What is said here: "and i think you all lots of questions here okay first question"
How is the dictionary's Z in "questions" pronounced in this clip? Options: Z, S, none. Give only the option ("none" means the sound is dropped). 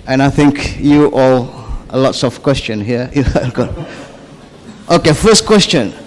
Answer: none